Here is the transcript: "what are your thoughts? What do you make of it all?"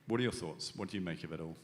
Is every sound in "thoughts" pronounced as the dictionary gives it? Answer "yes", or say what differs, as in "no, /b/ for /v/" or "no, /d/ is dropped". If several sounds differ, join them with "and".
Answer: yes